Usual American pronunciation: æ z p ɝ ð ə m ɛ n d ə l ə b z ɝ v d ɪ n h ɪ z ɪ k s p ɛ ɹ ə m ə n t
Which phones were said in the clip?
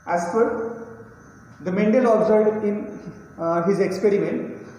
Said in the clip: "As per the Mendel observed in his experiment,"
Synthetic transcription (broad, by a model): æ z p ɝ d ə m ɛ n d ə l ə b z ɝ d ɪ n h ɪ z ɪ k s p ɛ ɹ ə m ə n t